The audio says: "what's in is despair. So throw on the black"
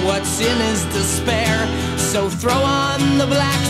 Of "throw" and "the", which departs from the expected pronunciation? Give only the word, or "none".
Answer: none